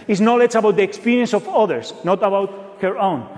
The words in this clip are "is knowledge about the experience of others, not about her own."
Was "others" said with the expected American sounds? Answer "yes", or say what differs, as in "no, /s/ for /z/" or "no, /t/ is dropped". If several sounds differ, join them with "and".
no, /s/ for /z/